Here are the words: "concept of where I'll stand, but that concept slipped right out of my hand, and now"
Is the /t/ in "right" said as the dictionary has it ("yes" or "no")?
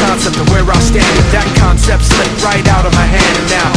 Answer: yes